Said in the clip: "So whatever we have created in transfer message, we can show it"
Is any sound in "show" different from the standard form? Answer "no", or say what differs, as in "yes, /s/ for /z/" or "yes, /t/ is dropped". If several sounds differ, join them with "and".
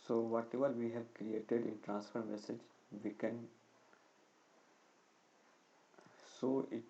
yes, /s/ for /ʃ/